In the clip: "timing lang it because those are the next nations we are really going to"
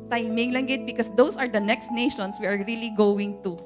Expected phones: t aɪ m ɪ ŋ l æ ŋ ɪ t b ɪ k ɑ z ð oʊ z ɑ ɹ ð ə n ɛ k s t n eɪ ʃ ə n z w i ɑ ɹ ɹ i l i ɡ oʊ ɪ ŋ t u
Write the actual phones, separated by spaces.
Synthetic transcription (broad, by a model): t aɪ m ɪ ŋ l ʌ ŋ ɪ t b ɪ k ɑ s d oʊ s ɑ ɹ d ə n ɛ k s t n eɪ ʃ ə n s w i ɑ ɹ ɹ i l i ɡ oʊ ɪ ŋ t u